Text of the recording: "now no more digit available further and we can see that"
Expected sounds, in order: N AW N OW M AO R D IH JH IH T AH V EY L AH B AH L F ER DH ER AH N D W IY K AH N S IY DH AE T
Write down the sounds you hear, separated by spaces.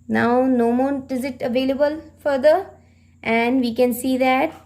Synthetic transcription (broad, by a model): N AW N OW M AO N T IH Z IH T AH V EY L AH B AH L F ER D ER AH N D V IY K AH N S IY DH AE T